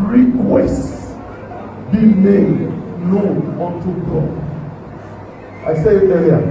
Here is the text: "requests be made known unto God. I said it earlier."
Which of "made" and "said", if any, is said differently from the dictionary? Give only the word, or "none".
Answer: said